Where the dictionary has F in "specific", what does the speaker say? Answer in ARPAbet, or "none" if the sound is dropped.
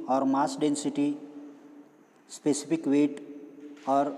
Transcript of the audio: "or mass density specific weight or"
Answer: P